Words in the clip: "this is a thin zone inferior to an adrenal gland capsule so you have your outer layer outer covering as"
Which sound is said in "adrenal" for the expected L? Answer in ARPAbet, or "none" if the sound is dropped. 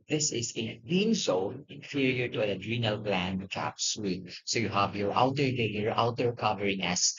L